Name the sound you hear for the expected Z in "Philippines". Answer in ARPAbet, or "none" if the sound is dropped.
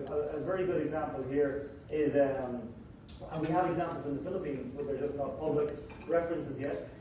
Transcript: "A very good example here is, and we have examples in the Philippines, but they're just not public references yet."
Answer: Z